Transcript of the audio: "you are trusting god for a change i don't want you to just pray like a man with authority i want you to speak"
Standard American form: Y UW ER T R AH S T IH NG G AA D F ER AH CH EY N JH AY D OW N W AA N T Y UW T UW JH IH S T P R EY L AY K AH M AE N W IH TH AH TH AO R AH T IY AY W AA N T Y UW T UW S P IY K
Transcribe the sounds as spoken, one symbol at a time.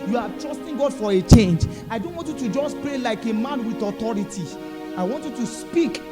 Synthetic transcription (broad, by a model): Y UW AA T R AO S T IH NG G AA D F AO AH CH EY N JH AY D OW N W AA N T Y UW T UW JH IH S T P R EY L AY K AH M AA N W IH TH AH T AO R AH T IY AY W AA N T Y UW T UW S P IY K